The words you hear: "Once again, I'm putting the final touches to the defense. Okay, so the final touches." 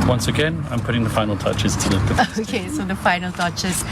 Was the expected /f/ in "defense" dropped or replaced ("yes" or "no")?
yes